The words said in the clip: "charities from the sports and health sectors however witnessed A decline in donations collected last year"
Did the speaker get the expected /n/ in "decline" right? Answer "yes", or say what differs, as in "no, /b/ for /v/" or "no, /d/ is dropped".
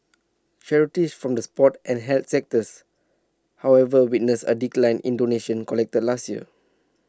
yes